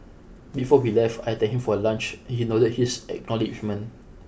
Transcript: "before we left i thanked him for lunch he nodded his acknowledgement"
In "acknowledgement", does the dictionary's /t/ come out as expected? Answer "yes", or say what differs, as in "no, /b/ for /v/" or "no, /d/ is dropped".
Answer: no, /t/ is dropped